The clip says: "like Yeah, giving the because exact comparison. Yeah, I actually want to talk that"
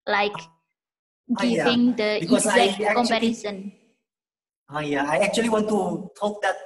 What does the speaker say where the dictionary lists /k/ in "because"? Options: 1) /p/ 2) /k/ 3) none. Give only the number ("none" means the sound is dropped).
3